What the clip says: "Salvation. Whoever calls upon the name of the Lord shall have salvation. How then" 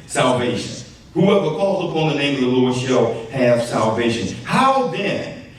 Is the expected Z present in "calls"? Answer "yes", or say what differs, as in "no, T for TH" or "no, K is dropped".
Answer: yes